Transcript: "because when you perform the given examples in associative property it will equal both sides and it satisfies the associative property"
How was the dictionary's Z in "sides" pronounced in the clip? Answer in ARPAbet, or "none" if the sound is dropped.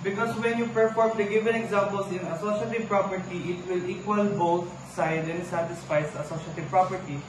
none